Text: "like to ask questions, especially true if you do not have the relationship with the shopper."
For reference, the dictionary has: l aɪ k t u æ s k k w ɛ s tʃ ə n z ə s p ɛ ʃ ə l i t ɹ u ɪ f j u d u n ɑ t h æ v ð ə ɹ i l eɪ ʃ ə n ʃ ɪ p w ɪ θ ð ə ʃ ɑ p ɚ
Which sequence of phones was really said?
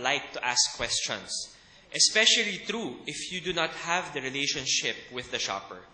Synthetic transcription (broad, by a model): l aɪ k t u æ s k k w ɛ s tʃ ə n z ə s p ɛ ʃ ə l i t ɹ u ɪ f j u d u n ɑ t h æ v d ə ɹ i l eɪ ʃ ə n ʃ ɪ p w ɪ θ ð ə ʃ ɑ p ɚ